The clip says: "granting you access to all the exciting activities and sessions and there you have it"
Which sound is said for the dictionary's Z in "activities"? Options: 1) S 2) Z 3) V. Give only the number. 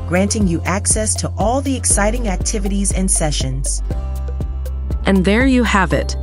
2